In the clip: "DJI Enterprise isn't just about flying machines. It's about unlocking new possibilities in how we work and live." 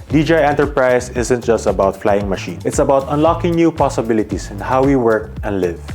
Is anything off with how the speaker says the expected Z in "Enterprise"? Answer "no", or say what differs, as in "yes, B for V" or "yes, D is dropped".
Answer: yes, S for Z